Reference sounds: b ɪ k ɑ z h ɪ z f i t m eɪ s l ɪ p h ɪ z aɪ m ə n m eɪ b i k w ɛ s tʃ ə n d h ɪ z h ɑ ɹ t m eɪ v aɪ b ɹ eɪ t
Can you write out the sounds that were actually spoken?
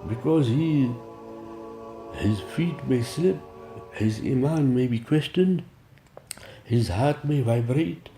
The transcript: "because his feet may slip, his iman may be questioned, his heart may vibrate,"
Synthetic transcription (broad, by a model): b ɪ k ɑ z h ɪ z f i t m eɪ s l ɪ p h ɪ z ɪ m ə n m eɪ b i k w ɛ s tʃ ə n d h ɪ z h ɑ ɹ t m eɪ v aɪ b ɹ eɪ t